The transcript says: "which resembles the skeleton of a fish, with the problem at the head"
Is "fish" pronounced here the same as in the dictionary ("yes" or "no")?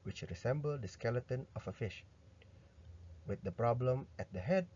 yes